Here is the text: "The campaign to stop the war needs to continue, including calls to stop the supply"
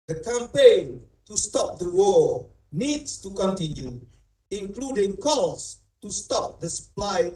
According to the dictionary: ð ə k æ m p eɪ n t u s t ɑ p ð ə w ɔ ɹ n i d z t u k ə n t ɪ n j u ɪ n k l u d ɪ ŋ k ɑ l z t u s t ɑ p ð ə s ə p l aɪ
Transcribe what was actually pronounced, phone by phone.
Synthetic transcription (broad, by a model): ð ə k æ m p eɪ n t u s t ɑ p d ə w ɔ l n i d s t u k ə n t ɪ n j u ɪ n k l u d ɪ ŋ k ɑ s t u s t ɑ p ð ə s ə p l aɪ